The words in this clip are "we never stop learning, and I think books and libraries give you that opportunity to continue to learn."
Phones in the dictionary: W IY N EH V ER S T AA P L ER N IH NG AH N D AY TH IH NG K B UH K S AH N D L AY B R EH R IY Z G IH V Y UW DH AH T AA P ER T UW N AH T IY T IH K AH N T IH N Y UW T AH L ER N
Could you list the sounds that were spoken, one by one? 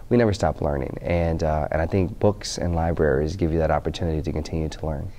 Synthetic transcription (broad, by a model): W IY N EH V ER S T AA P L ER N IH NG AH N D AY TH IH NG K B UH K S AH N L AY B R EH R IY Z G IH V Y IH DH AH T AA P ER T UW N AH T IY T IH K AH N T IH N Y UW T AH L ER N